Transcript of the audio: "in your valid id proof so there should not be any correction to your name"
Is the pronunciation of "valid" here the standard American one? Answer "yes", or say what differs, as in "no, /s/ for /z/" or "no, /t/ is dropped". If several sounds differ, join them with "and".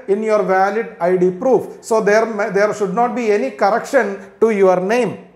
yes